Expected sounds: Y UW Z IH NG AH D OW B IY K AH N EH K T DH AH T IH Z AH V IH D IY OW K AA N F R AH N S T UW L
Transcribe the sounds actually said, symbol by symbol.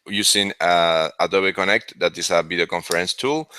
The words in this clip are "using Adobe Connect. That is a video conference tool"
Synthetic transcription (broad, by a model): Y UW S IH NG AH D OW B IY K AH N EH K T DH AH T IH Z AH B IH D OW K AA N F R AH N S T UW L